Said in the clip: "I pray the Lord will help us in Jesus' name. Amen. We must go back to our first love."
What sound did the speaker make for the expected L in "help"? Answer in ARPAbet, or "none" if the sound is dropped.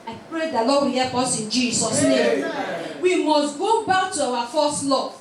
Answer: none